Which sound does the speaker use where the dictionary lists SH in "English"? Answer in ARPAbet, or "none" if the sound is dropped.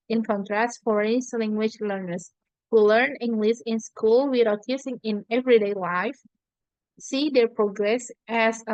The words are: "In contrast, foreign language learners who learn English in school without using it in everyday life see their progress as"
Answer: S